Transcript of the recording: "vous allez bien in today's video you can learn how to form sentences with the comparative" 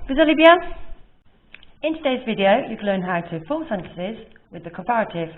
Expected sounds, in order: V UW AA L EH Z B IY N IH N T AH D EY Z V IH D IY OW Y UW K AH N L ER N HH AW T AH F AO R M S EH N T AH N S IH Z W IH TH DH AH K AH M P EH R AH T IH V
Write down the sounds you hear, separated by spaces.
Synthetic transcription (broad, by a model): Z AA L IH B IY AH IH N T AH D EY Z V IH D IY OW Y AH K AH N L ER N HH AW T AH F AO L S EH N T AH S IH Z W IH DH AH K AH M P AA R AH T IH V